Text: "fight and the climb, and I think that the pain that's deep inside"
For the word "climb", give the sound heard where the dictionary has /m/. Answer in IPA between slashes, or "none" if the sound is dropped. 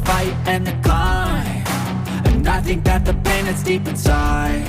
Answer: none